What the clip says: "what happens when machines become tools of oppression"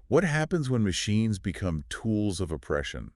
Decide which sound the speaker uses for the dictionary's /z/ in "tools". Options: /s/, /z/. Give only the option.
/z/